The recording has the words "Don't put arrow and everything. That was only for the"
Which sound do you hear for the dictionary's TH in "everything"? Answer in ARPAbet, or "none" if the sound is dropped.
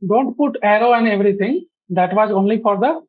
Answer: T